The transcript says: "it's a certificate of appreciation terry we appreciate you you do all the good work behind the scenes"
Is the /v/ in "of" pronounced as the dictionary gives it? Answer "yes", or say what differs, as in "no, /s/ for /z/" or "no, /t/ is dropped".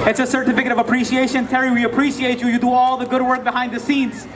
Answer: yes